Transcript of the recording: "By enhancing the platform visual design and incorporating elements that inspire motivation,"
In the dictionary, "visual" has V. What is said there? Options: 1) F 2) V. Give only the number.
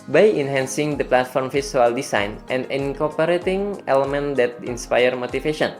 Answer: 1